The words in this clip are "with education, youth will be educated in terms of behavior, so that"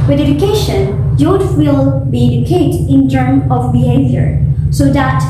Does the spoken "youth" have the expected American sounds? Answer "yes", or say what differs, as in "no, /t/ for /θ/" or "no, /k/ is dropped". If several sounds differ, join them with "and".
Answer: no, /t/ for /θ/